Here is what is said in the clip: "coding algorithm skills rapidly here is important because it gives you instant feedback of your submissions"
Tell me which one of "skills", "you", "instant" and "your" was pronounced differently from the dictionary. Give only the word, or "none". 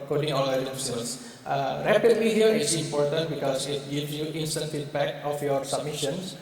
skills